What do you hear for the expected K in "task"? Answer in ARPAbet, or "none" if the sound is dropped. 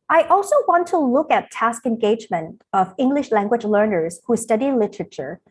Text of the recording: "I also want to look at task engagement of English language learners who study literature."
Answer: K